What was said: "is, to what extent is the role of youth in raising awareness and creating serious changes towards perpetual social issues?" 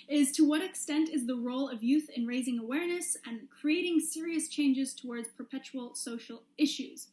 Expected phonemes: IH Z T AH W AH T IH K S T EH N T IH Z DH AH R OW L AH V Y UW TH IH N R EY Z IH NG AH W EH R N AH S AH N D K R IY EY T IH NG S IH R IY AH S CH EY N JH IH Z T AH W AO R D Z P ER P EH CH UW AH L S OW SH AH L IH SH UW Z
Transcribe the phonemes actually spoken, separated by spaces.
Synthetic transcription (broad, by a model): IH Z T AH W AH T IH K S T EH N T IH Z DH AH R OW L AH V Y UW TH IH N R EY Z IH NG AH W EH R N AH S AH N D K R IY EY T IH NG S IH R IY AH S CH EY N JH IH Z T AH W AO R D Z P ER P EH CH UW L S OW SH L IH SH UW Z